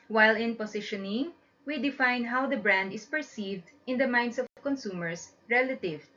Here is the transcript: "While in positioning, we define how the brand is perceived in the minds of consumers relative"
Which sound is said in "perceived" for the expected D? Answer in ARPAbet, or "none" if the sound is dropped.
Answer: D